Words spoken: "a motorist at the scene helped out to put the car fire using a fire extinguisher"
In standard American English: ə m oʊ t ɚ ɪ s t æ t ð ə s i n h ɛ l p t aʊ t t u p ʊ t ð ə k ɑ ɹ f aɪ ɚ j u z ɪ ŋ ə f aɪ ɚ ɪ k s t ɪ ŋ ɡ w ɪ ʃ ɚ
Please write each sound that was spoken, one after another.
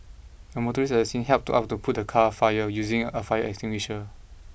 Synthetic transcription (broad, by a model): ə m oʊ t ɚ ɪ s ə s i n h ɛ l p t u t t u p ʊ t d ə k ɑ f aɪ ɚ j u z ɪ ŋ ə f aɪ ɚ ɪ k s t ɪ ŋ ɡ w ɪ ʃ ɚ